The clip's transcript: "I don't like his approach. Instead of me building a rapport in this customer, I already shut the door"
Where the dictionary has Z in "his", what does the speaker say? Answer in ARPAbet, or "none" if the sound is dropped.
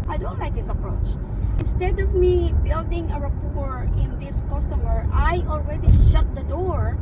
S